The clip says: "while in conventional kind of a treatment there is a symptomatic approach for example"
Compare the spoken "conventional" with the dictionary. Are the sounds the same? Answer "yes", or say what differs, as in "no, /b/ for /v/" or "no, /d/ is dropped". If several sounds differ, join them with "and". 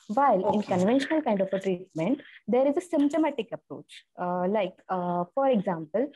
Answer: yes